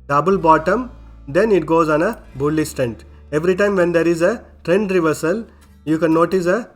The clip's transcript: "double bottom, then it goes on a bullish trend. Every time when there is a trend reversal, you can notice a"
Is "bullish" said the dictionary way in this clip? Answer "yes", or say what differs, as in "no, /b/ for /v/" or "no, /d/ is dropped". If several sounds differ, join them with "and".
no, /s/ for /ʃ/